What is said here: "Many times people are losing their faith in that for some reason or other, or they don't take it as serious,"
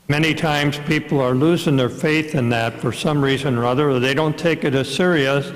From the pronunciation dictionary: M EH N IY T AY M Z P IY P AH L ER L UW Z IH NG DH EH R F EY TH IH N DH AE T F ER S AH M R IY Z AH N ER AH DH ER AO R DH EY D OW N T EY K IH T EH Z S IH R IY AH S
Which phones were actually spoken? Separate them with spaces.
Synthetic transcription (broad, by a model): M EH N IY T AY M Z P IY P L ER L UW Z IH NG DH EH R F EY TH IH N DH AE T F ER S AH M R IY Z AH N ER AH DH ER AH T DH EY D OW N T EY K IH T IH S IH R IY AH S